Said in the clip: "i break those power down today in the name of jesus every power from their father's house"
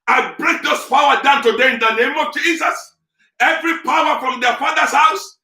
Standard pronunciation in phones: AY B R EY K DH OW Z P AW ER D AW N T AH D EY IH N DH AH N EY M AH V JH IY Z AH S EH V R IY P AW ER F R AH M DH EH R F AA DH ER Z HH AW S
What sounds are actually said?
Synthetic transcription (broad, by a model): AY B R EY K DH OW S P AW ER D AW N T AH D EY IH N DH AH N EY M AH V JH IY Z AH S EH V R IY P AW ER F R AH M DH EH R F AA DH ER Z HH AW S